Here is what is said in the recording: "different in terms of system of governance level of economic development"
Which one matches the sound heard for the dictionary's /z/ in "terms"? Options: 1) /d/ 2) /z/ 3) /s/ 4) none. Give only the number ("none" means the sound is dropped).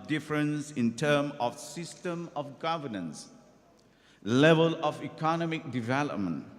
4